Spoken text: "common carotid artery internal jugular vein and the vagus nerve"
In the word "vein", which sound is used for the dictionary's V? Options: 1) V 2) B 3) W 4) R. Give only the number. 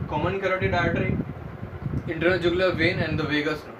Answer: 1